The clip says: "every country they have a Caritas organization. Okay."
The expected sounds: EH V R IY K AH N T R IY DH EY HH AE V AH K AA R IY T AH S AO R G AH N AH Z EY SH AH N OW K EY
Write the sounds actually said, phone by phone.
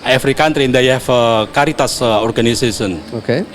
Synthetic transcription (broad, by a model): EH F R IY K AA N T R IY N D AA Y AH K AA R IY T AH S AO R G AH N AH S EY S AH N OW K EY